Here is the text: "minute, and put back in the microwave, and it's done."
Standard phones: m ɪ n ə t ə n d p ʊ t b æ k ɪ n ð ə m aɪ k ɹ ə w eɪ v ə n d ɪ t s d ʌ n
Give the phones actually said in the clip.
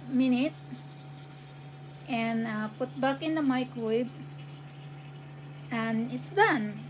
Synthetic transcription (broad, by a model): m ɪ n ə t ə n p ʊ t b æ k ɪ n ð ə m aɪ k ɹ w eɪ b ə n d ɪ t s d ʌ n